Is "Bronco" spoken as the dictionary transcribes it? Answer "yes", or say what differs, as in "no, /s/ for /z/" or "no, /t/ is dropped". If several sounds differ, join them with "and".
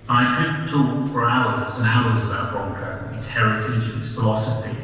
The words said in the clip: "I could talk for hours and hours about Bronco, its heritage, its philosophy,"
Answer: no, /ɹ/ is dropped